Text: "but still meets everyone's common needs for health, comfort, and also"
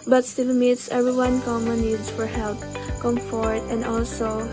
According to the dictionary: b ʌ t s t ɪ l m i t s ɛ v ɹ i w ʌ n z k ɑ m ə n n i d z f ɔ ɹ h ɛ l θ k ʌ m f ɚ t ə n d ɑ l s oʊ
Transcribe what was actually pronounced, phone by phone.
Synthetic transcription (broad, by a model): b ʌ t s t ɪ l m i t s ɛ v ɹ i w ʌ n k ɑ m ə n n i d s f ɔ ɹ h ɛ l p k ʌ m f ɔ t ə n d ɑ l s oʊ